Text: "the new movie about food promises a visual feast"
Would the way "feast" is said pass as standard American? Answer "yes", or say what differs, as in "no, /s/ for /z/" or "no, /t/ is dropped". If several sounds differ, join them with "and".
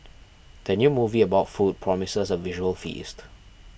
yes